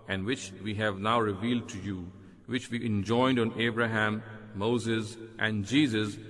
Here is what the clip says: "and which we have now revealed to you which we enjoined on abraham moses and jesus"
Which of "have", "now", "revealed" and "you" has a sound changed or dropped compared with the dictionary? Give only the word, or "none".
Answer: none